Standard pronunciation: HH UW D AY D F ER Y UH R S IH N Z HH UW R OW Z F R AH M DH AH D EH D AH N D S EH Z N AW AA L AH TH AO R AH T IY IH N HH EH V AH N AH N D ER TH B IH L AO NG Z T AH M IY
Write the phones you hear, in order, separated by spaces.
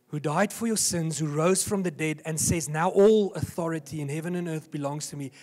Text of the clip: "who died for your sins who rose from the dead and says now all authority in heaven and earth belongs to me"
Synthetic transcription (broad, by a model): HH UW D AY D F ER Y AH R S IH N Z HH UW R OW Z F R AH M DH AH D EH D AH N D S EH Z N AW AA L AH TH AO R AH T IY IH N HH EH V AH N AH N ER TH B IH L AO NG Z T AH M IY